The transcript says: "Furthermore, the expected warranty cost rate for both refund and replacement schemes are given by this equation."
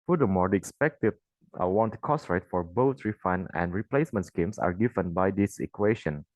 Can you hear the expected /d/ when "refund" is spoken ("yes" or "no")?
no